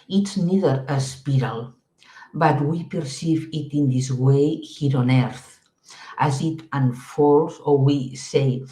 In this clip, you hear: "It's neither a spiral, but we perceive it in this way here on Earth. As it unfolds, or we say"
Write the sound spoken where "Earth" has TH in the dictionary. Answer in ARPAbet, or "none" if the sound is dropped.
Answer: TH